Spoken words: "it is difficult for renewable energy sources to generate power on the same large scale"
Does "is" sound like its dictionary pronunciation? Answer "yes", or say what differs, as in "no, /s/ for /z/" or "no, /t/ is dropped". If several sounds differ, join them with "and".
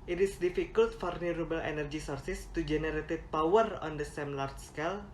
no, /s/ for /z/